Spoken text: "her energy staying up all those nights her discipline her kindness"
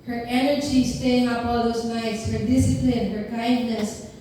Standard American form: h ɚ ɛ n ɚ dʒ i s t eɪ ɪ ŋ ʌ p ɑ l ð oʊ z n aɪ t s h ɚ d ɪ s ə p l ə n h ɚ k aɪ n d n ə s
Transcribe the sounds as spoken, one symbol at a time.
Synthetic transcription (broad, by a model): h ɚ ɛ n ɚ dʒ i s t eɪ ɪ ŋ ʌ p ɑ l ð oʊ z n aɪ t s h ɚ d ɪ s ə p l ə n h ɚ k aɪ n d n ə s